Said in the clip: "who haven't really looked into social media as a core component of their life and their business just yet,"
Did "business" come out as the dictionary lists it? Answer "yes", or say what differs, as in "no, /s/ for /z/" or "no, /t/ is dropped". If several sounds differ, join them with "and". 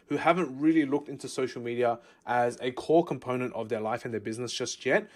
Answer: yes